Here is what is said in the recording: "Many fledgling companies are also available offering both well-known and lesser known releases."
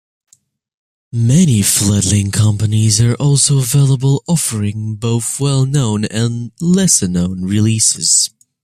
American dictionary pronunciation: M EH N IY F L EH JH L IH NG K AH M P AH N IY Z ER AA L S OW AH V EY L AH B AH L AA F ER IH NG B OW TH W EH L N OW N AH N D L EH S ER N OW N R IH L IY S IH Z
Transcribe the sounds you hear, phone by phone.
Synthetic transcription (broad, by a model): M EH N IY F L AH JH L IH NG K AH M P AH N IY Z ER AA L S OW AH V EY L AH B AH L AA F ER IH NG B OW TH W EH L N OW N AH N L EH S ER N OW N R IH L IY S IH Z